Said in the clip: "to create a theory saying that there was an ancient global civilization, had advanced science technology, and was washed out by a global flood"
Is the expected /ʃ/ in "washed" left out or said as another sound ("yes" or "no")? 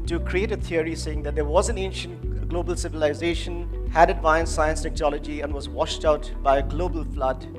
no